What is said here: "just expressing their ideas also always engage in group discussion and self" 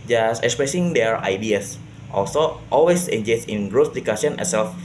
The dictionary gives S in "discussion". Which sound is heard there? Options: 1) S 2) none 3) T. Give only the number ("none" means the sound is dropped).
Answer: 2